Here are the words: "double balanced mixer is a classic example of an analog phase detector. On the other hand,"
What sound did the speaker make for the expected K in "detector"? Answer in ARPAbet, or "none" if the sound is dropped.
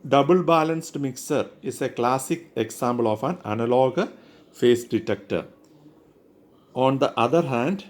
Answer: K